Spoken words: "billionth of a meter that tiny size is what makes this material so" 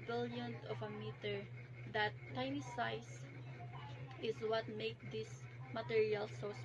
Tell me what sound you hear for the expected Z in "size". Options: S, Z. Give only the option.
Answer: S